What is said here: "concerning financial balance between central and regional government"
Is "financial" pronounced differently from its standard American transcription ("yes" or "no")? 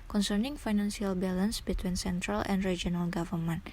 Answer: yes